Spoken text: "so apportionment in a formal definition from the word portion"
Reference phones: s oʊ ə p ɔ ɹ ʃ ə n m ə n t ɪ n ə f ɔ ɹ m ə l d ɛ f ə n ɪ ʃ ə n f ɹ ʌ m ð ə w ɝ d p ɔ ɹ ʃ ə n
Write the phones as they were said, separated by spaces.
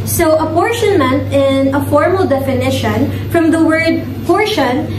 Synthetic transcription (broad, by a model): s oʊ ə p ɔ ɹ ʃ ə n m ə n t ɪ n ə f ɔ ɹ m ə l d ɛ f ə n ɪ ʃ ə n f ɹ ʌ m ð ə w ɝ d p ɔ ɹ ʃ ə n